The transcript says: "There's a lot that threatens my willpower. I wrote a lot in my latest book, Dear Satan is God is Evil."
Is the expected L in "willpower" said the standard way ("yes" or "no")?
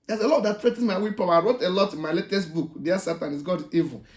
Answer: no